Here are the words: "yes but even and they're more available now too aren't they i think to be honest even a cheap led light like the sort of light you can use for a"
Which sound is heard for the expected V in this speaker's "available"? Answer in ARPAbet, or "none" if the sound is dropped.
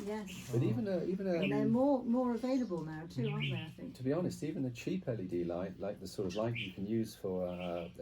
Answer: V